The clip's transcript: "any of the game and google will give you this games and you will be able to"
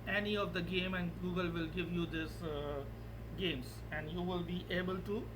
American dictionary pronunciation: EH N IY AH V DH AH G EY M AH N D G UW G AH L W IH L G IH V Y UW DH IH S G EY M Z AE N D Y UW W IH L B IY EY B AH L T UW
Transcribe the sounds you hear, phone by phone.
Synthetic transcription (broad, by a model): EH N IY AH V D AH G EY M AH N D G UW G AH L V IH L G IH V Y UW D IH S G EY M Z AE N D Y UW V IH L B IY EY B AH L T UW